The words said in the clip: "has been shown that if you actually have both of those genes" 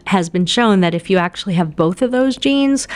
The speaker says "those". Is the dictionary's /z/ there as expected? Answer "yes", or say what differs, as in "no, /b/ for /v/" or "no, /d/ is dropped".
yes